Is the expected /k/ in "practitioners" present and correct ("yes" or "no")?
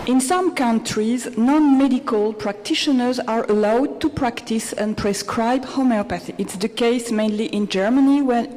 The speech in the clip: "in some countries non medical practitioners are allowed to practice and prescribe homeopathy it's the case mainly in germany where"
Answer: yes